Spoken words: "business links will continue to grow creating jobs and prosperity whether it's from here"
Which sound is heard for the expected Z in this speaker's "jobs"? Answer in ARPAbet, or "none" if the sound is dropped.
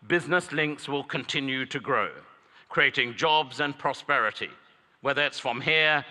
Z